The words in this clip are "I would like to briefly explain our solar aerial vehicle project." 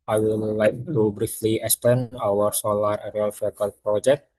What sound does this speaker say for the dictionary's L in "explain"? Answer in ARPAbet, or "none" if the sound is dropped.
none